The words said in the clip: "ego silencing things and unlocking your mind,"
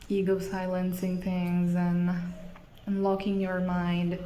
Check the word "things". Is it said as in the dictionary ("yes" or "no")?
yes